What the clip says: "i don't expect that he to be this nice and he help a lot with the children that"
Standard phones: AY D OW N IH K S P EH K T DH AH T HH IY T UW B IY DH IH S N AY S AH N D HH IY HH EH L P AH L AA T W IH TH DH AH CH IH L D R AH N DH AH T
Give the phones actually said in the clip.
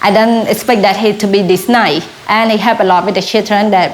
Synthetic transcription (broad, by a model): AY D OW N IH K S P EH K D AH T HH IY T UW B IY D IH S N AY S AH N HH IY HH EH L P AH L AA T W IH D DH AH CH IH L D R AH N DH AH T